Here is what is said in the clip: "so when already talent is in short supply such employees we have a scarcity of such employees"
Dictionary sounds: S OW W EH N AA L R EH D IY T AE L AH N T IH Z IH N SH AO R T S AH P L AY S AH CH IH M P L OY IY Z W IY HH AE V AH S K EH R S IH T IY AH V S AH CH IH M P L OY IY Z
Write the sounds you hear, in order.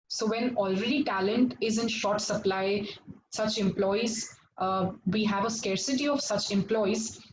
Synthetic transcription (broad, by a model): S OW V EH N AA L R EH D IY T AE L AH N T IH Z IH N SH AO R T S AH P L AY S AH CH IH M P L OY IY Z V IY HH AE V AH S K EH R S IH T IY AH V S AH CH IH M P L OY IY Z